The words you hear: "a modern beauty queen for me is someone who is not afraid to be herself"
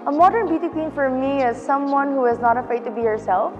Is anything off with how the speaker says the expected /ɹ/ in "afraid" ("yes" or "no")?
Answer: yes